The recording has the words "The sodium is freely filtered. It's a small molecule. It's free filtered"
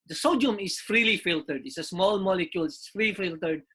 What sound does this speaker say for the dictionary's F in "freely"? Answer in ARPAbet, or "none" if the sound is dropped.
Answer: F